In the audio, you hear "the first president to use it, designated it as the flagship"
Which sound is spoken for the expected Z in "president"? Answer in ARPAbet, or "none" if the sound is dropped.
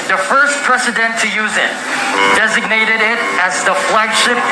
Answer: S